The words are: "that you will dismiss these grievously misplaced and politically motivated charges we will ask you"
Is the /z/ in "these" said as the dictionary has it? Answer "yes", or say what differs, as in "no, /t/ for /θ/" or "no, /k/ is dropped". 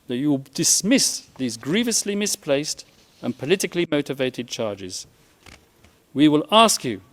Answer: yes